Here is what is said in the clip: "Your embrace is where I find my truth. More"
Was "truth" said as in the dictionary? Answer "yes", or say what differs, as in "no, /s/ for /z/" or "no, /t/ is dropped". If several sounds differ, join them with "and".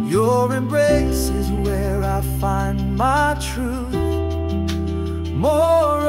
yes